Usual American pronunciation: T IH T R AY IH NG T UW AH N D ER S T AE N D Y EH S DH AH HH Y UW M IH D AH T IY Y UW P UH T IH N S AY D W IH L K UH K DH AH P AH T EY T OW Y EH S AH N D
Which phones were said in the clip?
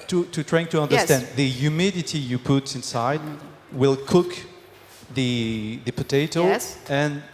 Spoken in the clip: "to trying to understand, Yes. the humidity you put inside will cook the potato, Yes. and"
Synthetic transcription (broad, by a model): T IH T R AY IH NG T UW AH N D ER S T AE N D DH AH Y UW M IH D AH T IY Y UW P UH T IH N S AY D W IH L K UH K DH AH P AH T EY T OW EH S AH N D